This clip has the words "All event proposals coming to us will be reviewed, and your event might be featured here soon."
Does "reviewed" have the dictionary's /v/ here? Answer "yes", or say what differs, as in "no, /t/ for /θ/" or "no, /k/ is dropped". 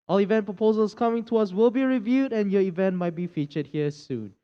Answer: yes